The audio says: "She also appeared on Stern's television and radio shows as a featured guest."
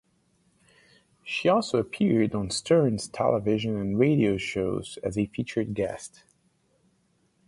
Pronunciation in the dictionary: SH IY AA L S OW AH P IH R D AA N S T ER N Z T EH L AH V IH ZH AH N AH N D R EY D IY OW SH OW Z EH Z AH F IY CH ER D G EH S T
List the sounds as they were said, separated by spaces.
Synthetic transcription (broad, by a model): SH IY AA L S OW AH P IH R D N S T ER N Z T EH L AH V IH ZH AH N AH N R EY D IY OW SH OW Z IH Z AH F IY CH ER D G EH S T